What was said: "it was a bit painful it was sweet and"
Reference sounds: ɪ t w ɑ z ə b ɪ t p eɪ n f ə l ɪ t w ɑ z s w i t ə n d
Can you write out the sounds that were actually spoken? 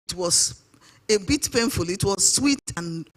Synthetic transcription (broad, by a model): t w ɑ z ə b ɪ t p eɪ n f ə l ɪ t w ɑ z s w i t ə n